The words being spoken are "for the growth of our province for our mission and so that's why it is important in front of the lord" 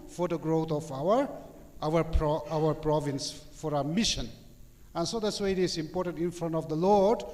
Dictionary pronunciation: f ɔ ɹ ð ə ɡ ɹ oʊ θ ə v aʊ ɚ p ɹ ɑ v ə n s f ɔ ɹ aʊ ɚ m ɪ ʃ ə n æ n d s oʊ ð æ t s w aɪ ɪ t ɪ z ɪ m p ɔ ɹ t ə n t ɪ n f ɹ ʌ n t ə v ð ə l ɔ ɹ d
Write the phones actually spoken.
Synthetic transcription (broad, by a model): f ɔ ɹ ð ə ɡ ɹ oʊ f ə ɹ aʊ ɚ p ɹ ɑ v ə n s f ɔ ɹ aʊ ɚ m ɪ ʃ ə n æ n s oʊ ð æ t s w aɪ ɪ t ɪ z ɪ m p ɔ ɹ t ə n t ɪ n f ɹ ʌ n t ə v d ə l ɔ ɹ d